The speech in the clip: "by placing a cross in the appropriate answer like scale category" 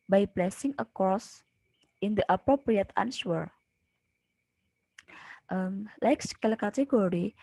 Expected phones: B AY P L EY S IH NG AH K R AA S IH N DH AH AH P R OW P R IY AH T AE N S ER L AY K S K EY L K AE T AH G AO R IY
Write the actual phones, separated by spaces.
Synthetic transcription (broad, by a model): B AY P L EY S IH NG AH K AA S IH N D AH AH P R OW P R IY AH T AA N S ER L AY K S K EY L K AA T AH G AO R IY